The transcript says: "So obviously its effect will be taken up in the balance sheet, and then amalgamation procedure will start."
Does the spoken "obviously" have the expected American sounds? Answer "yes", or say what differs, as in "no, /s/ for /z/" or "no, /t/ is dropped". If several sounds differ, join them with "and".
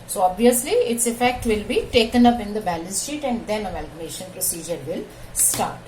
yes